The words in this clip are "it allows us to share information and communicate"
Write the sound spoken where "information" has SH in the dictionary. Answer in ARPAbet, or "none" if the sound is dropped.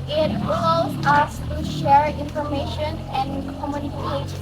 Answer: SH